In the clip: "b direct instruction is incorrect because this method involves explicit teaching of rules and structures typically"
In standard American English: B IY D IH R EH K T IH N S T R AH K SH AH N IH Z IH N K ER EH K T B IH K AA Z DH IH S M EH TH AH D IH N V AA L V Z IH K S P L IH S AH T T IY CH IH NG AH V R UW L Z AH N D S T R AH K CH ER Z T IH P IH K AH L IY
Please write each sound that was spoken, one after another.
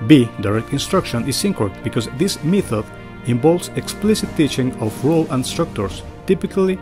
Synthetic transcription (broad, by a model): B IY D IH R EH K T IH N S T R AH K SH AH N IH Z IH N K K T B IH K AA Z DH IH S M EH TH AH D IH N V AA L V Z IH K S P L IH S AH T T IY CH IH NG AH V R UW L AH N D S T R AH K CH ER S T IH P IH K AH L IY